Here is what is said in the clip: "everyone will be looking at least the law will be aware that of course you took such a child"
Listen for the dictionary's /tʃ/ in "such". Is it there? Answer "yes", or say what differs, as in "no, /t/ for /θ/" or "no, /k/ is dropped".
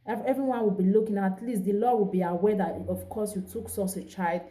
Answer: no, /s/ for /tʃ/